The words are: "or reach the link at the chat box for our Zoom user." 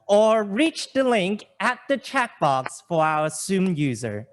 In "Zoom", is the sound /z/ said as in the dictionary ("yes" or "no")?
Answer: no